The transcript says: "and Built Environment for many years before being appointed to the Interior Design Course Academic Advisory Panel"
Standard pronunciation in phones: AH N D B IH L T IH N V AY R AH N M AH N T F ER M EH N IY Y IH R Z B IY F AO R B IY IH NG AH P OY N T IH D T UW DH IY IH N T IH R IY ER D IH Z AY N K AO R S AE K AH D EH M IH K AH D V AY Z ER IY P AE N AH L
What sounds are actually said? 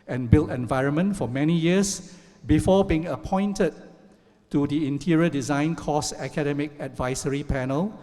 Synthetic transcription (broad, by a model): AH N B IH L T IH N V AY R AH N M AH N T F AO M EH N IY Y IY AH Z B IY F AO B IY IH NG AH P OY N T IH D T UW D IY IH N T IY R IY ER D IH Z AY N K AO S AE K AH D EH M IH K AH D V AY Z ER IY P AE N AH L